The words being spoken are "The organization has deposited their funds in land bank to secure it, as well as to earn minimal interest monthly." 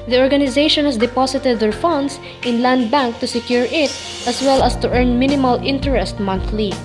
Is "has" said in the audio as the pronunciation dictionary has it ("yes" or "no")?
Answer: no